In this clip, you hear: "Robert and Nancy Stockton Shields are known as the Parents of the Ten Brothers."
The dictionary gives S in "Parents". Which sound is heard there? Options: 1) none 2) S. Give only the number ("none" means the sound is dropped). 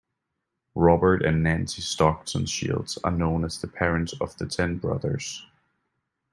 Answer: 1